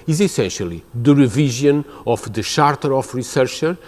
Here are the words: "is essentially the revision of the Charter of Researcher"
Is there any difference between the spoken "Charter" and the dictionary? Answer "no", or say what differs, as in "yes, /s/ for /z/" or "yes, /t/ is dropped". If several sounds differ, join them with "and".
yes, /ʃ/ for /tʃ/